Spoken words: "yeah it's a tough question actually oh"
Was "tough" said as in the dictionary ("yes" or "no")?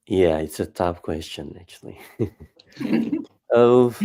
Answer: no